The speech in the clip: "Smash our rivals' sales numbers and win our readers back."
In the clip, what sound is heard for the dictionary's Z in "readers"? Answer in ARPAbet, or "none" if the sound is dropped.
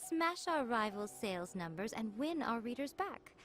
Z